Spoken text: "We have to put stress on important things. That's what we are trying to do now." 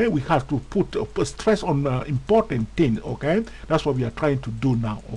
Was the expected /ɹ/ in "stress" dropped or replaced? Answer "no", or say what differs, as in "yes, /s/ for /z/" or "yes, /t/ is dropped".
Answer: no